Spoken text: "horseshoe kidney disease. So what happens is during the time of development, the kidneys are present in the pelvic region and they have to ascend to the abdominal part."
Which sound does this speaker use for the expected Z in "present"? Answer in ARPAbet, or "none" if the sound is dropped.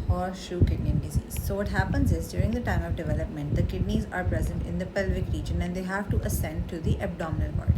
Z